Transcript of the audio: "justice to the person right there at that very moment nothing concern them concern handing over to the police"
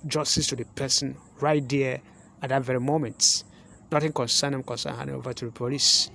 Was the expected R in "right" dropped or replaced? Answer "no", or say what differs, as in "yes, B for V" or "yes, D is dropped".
no